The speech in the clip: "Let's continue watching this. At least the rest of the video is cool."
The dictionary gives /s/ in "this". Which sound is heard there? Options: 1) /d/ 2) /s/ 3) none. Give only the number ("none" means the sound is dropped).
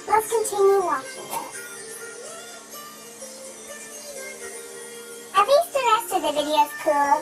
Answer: 3